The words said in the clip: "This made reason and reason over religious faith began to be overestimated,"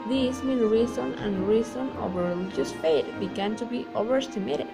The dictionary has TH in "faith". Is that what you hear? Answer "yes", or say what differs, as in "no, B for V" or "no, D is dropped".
no, T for TH